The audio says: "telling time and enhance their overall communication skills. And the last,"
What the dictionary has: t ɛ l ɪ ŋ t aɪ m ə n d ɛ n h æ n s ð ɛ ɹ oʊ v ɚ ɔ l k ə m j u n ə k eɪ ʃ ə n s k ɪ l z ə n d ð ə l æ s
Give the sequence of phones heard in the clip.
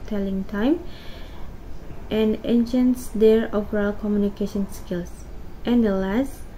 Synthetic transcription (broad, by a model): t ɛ l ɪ ŋ t aɪ m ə n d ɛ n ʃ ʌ n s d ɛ ɹ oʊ p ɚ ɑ l k ə m j u n ə k eɪ ʃ ə n s k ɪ l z ə n d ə l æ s